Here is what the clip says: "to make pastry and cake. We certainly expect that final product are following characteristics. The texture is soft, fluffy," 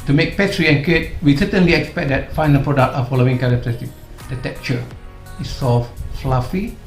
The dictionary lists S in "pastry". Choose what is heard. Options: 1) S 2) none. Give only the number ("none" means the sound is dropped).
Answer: 2